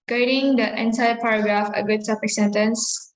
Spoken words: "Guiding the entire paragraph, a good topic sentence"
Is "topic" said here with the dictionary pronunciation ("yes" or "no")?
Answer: no